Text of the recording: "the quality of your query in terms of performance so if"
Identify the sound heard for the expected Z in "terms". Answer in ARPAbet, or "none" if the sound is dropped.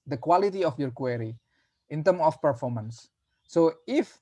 none